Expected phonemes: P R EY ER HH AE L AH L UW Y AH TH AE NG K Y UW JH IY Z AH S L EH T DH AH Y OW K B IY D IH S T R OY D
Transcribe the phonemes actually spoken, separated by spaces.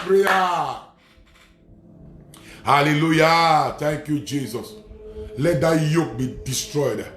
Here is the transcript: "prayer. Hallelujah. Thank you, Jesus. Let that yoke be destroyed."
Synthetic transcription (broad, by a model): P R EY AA HH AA L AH L UW Y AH T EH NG K Y UW JH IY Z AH S L EH T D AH Y OW K B IY D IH S T R OY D